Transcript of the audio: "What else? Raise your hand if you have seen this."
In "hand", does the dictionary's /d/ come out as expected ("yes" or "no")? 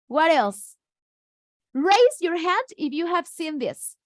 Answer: yes